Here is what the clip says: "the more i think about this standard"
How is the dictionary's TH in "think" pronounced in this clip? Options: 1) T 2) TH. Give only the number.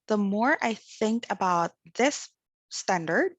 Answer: 2